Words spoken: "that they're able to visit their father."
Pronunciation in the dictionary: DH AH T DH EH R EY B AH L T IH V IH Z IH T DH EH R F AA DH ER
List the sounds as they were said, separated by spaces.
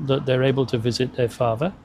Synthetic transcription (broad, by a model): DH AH T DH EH R EY B AH L T IH V IH Z IH T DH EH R F AA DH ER